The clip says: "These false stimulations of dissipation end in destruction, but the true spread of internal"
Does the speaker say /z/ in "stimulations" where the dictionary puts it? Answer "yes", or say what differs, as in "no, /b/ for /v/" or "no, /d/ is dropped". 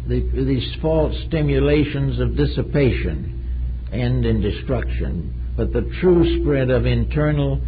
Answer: yes